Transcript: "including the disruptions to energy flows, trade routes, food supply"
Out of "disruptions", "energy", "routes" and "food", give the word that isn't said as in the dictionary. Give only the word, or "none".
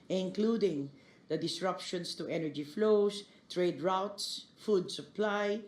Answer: disruptions